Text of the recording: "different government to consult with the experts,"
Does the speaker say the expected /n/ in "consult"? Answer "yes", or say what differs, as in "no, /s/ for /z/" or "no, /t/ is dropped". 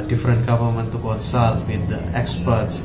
no, /l/ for /n/